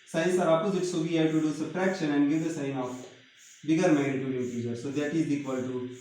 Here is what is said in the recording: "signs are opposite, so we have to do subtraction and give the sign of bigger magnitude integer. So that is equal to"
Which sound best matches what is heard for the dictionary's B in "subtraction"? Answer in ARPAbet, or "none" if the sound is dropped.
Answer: none